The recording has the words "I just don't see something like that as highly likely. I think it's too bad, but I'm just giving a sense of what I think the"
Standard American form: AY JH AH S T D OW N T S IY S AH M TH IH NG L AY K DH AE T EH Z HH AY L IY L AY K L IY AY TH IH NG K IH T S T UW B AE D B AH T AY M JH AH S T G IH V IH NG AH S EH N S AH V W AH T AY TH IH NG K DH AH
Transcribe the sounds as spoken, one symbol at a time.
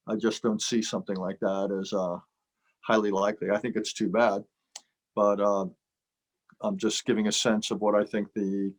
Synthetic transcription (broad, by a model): AY JH AH S D OW N T S IY S AH M TH IH NG L AY K DH AE T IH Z HH AY L IY L AY K L IY AY TH IH NG K IH T S T UW B AE D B AH T AY M JH AH S G IH V IH NG AH S EH N S AH V W AH T AY TH IH NG K DH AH